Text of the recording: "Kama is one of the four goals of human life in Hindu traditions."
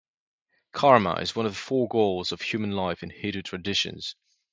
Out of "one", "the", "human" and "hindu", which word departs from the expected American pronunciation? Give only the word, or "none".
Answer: hindu